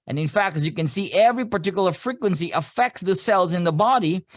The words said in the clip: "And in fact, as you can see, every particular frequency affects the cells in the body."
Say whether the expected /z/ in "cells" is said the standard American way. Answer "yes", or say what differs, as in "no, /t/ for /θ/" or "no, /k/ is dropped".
yes